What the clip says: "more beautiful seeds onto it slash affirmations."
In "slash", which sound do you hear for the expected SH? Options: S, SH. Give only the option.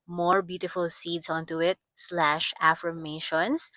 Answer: SH